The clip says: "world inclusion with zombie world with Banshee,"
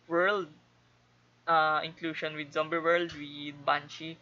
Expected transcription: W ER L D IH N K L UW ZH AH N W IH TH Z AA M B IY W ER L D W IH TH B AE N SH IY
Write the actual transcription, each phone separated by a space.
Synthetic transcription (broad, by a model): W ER L D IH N K L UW SH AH N W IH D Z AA M B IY W ER L D W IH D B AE N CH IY